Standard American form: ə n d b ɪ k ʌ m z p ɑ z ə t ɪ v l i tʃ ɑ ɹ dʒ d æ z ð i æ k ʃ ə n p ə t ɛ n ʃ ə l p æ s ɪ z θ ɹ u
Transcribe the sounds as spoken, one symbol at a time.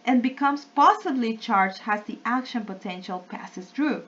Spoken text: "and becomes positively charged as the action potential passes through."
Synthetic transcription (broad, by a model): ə n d b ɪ k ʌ m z p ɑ s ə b l i tʃ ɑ ɹ dʒ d æ z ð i æ k ʃ ə n p ə t ɛ n ʃ ə l p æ s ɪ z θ ɹ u